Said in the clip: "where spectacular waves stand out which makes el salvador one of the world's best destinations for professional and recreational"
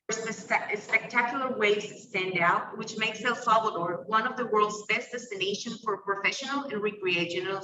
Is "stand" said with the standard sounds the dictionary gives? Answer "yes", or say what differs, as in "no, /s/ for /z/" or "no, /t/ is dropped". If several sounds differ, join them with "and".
yes